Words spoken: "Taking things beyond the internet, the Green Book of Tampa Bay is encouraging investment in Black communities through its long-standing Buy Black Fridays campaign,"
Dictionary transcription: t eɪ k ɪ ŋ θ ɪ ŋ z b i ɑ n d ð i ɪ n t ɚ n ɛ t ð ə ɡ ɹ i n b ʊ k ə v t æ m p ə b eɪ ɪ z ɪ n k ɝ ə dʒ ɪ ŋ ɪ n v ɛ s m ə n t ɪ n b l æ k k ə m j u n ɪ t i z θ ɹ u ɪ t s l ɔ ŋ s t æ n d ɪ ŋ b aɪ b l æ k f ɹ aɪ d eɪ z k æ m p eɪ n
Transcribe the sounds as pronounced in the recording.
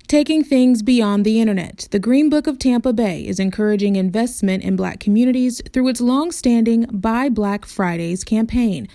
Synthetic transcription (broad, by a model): t eɪ k ɪ ŋ θ ɪ ŋ z b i ɑ n ð i ɪ t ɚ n ɛ t ð ə ɡ ɹ i n b ʊ k ə v t æ m p ə b eɪ ɪ z ɪ n k ɝ ə dʒ ɪ ŋ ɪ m v ɛ s m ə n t ɪ n b l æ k k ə m j u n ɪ t i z θ ɹ u ɪ t s l ɔ ŋ s t æ n d ɪ ŋ b aɪ b l æ k f ɹ aɪ d eɪ z k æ m p eɪ n